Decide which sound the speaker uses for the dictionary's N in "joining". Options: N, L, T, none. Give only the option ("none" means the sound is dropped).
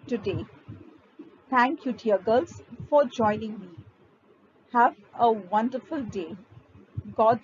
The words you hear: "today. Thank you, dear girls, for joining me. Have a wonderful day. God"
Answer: N